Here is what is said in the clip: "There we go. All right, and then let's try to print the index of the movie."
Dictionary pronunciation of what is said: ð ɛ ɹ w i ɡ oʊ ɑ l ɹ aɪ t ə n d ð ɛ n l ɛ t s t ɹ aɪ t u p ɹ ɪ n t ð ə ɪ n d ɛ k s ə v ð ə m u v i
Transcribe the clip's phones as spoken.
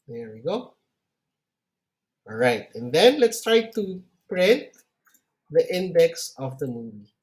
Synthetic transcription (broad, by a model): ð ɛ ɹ w i ɡ oʊ ɑ l ɹ aɪ t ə n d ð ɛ n l ɛ t s t ɹ aɪ t u p ɹ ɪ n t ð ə ɪ n d ɛ k s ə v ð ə m u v i